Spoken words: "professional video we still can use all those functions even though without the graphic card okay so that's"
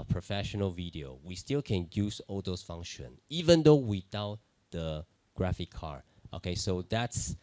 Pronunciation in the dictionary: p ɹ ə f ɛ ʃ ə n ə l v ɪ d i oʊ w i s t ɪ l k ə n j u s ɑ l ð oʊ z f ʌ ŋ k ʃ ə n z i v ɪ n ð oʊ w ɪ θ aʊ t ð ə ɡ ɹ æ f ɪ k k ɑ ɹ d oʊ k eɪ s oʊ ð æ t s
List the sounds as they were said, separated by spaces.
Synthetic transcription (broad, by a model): p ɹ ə f ɛ ʃ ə n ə l v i d i oʊ w i s t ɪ l k ə n j u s ɑ l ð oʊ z f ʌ ŋ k ʃ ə n i v ɪ n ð oʊ w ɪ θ aʊ t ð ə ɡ ɹ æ f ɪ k k ɑ ɹ oʊ k eɪ s oʊ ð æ t s